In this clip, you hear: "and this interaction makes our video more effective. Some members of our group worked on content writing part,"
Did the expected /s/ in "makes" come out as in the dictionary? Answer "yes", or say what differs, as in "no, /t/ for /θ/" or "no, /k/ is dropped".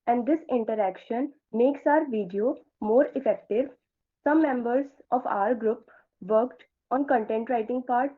yes